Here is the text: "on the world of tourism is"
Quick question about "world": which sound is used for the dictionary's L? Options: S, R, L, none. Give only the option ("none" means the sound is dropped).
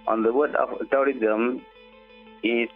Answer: none